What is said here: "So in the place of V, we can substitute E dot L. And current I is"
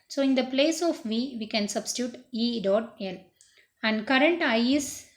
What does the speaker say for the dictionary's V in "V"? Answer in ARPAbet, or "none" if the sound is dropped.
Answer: V